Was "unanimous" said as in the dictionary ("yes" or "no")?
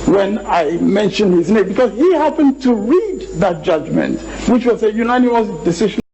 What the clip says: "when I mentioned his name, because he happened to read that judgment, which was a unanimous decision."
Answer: no